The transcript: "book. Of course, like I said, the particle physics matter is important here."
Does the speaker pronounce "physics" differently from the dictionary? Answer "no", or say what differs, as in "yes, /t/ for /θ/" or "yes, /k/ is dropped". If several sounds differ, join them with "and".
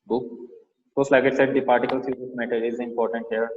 yes, /s/ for /z/ and /k/ is dropped